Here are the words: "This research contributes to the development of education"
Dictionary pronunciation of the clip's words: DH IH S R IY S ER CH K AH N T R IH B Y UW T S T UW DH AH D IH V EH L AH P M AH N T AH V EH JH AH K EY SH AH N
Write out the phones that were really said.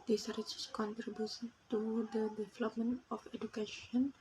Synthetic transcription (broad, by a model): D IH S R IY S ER S K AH N T R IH B Y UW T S T UW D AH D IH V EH L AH P M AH N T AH F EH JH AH K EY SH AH N